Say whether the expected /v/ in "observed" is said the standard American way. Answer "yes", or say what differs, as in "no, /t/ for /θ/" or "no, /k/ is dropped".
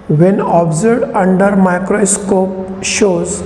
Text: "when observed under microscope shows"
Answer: no, /v/ is dropped